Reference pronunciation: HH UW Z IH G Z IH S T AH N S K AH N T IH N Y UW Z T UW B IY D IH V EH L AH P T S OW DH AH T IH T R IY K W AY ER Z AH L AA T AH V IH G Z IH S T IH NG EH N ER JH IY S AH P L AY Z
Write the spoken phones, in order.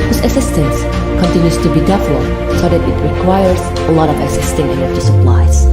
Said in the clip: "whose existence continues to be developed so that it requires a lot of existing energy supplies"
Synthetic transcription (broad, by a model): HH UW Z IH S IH S T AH N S K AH N T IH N Y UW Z T UW B IY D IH F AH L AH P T S OW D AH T IH T R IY K W AY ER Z AH L AA T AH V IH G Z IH S T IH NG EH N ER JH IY S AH P L AY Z